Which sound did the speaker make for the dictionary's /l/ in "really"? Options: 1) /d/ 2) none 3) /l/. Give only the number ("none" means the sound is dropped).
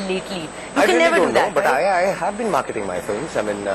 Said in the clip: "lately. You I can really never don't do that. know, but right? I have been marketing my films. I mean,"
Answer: 2